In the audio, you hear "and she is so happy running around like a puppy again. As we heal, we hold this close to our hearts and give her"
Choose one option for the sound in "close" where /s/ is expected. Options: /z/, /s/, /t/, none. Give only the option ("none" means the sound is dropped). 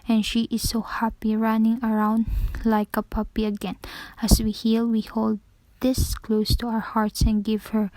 /s/